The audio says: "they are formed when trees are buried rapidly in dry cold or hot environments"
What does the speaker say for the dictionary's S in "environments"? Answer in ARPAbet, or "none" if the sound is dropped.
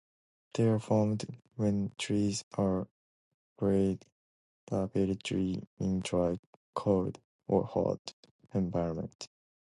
none